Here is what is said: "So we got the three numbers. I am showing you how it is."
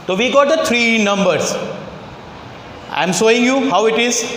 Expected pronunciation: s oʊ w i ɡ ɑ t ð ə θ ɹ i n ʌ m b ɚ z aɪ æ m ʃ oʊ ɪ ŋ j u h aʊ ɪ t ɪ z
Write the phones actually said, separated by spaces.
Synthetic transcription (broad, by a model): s oʊ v i ɡ ɑ t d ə t ɹ i n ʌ m b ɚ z aɪ m s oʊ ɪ ŋ j u h aʊ ɪ t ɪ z